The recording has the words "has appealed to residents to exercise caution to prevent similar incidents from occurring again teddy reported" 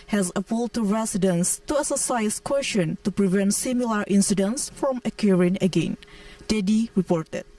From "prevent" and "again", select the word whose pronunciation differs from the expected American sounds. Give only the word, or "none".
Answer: none